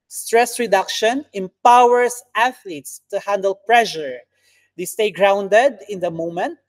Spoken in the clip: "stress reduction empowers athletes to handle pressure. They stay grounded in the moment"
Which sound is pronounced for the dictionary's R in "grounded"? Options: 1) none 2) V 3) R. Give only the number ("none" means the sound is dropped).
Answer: 3